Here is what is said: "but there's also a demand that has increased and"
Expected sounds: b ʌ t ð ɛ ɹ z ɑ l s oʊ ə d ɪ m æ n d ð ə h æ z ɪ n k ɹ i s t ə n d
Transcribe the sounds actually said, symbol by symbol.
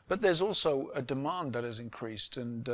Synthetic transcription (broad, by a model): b ʌ t ð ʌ ɹ z ɑ l s oʊ ə d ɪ m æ n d ð ə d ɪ z ɪ n k ɹ i s t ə n